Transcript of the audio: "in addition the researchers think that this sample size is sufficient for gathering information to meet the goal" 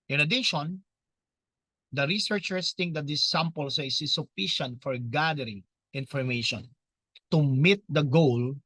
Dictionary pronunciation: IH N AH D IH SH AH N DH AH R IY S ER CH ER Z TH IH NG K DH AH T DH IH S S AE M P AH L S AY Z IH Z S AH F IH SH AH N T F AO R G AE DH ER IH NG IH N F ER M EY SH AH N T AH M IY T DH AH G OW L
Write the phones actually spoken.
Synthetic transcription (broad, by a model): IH N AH D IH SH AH N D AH R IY S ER CH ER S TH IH NG K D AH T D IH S S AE M P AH L S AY S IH S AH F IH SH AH N T F AO R G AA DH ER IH NG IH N F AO M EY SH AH N T AH M IY T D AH G OW L